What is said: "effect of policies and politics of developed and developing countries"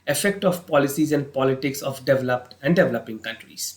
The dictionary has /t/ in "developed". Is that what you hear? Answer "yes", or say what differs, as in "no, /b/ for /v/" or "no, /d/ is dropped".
yes